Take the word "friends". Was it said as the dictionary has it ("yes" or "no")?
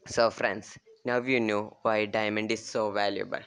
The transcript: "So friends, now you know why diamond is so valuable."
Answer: no